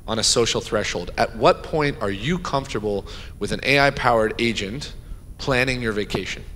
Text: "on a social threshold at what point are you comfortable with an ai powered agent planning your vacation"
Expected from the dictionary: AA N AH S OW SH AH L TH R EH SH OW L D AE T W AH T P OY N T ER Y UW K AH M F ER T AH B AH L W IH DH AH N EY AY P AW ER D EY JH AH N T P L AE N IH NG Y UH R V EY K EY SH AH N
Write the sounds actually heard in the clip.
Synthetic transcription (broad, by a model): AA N AH S OW SH L TH R EH SH OW L D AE T W AH T P OY N T ER Y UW K AH M F T AH B L W IH DH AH N EY AY P AW ER D EY JH AH N T P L AE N IH NG Y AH R V EY K EY SH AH N